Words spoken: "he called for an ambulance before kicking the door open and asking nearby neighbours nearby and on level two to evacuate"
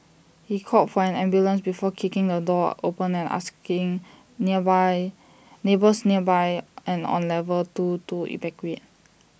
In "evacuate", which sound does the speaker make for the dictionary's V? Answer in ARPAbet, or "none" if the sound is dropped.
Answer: B